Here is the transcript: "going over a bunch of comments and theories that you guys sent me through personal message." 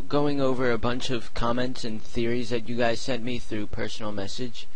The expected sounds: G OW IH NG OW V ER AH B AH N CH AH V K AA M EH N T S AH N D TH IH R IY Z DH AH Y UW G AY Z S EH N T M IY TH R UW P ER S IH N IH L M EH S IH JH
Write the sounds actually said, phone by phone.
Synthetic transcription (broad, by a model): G OW IH NG OW V ER AH B AH N CH AH V K AA M EH N T S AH N TH IH R IY Z DH AH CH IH G AY Z S EH N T M IY TH R UW P ER S N L M EH S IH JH